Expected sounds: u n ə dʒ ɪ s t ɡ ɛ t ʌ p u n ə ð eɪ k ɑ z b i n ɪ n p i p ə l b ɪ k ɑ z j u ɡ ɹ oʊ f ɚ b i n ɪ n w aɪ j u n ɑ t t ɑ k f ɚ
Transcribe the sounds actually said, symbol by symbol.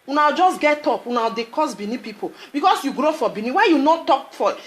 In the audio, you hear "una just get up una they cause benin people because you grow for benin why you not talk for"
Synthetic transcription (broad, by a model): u n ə dʒ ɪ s ɡ ɛ t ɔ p u n ə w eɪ k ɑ s b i n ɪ p i p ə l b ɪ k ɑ s j u ɡ ɹ oʊ f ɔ b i n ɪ w aɪ j u n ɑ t t ɑ k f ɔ